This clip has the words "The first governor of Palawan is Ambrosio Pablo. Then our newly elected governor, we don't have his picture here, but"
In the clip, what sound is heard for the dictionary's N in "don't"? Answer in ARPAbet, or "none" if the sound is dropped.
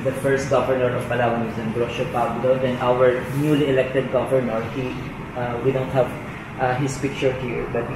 N